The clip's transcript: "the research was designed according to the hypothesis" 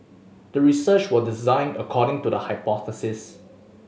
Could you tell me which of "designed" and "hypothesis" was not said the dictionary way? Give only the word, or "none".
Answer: none